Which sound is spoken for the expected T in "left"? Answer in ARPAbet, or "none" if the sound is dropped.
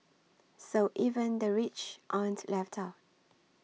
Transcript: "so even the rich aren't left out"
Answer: T